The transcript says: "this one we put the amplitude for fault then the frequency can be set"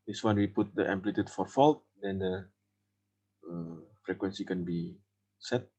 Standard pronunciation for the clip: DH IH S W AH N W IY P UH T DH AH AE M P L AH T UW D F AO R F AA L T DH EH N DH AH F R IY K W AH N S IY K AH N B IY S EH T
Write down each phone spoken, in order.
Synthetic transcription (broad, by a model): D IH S W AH N W IY P UH T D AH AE M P L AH T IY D F AO R F AA L T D EH N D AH F R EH K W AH N S IY K AH N B IY S EH T